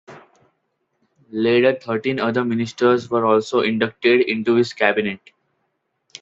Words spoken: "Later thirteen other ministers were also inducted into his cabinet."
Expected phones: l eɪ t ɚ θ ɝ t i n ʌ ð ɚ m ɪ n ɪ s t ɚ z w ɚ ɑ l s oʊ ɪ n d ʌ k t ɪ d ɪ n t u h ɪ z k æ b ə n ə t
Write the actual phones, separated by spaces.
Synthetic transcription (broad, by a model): l eɪ t ɚ t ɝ t i n ʌ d ɚ m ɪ n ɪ s t ɚ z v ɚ ɑ l s oʊ ɪ n d ʌ k t ɪ d ɪ n t u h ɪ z k æ b ə n ə t